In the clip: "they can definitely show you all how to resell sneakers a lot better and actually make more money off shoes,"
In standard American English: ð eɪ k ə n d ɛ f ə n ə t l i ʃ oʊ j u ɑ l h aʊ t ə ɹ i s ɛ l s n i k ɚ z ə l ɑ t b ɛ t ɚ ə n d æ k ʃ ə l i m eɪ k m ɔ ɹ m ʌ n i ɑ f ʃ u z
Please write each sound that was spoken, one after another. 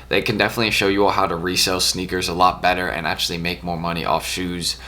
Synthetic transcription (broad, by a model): ð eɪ k ə n d ɛ f ə n ə t l i ʃ oʊ j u ɑ l h aʊ t ə ɹ i s ɛ l s n i k ɚ z ə l ɑ t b ɛ t ɚ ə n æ k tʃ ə l i m eɪ k m ɔ ɹ m ʌ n i ɑ f ʃ u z